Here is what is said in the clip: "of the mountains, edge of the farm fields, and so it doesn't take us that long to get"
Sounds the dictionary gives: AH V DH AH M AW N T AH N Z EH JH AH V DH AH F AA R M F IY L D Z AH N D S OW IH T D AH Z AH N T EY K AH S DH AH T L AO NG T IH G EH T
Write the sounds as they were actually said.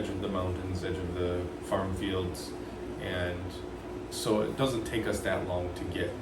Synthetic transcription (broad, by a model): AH V DH AH M AW N T AH N Z EH JH AH V DH AH F AA R M F IY L D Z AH N S OW IH T D AH Z AH N T EY K AH S DH AH T L AO NG T IH G EH T